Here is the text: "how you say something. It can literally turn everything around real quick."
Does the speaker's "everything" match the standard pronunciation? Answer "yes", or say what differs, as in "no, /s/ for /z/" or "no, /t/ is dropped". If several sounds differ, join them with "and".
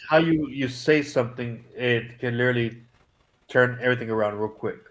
yes